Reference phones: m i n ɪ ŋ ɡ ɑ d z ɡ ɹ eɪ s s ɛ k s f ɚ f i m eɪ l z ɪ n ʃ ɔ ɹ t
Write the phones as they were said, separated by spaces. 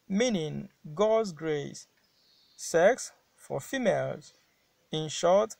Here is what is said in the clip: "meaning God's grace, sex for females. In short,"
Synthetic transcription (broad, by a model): m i n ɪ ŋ ɡ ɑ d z ɡ ɹ eɪ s s ɛ k s f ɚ f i m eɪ l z ɪ n ʃ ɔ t